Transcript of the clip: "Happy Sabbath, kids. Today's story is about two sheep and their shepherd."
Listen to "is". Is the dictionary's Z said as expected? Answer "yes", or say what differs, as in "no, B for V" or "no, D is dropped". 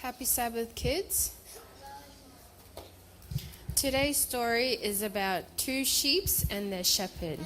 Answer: yes